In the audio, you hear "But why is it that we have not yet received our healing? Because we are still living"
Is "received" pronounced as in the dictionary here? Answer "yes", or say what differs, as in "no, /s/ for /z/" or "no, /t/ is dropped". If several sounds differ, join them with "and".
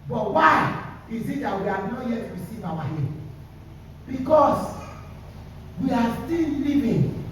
no, /d/ is dropped